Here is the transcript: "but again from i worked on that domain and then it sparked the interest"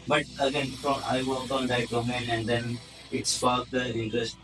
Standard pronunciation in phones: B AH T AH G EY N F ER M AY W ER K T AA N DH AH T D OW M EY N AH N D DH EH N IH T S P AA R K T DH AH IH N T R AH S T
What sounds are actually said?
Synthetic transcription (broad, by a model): B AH T AH G EY N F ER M AY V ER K AA N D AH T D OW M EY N AH N D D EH N IH T S F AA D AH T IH N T R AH S T